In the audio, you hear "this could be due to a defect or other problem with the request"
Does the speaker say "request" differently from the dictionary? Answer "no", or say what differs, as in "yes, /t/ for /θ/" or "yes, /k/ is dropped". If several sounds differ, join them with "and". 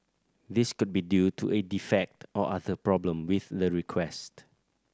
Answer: no